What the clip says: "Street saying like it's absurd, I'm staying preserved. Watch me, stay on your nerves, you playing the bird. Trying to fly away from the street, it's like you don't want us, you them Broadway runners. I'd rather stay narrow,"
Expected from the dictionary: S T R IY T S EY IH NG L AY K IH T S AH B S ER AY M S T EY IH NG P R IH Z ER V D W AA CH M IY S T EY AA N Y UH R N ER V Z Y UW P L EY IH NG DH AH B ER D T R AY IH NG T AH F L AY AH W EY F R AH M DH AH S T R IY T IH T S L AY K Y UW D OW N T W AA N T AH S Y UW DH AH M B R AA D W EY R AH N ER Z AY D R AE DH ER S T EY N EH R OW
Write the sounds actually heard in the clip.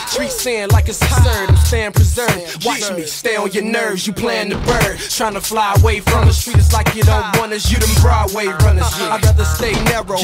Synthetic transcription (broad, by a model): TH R IY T S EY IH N L AY K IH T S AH S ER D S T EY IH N P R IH Z ER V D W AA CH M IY S T EY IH L Y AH R N ER V Z Y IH P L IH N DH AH B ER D T R AY IH NG T AH F L AY AH W EY F R AH M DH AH S T R IY T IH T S L AY K Y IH D OW N T W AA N AH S Y UW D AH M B R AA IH W EY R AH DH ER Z AY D R AE DH ER S T EY N EH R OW